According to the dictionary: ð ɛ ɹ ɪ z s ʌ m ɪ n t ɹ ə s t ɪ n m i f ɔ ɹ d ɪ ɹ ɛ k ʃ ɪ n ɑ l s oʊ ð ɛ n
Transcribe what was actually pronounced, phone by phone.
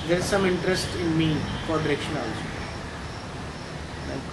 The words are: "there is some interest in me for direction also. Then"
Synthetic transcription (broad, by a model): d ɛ ɹ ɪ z s ʌ m ɪ n t ɹ ə s t ɪ n m i f ɔ ɹ d ɪ ɹ ɛ k ʃ ɪ n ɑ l oʊ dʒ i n